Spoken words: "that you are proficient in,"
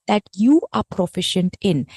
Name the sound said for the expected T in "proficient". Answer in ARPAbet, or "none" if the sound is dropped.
T